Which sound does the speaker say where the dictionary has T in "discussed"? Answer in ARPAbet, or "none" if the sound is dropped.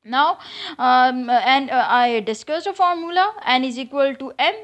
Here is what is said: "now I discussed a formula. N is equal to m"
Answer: none